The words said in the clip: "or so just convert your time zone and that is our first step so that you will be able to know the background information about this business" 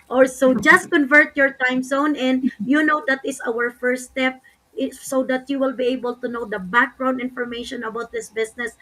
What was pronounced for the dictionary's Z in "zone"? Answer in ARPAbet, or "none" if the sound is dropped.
S